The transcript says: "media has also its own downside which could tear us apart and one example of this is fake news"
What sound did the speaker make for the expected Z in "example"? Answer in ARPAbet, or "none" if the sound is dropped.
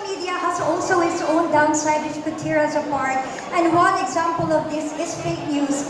Z